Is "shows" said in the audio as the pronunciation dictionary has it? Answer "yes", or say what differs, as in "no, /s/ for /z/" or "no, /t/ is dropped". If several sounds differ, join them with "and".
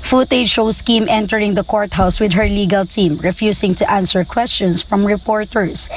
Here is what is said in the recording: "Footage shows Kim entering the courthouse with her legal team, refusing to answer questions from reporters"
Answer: no, /s/ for /z/